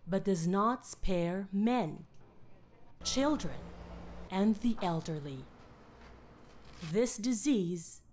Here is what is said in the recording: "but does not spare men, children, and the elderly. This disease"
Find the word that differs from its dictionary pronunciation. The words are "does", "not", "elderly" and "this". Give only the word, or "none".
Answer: none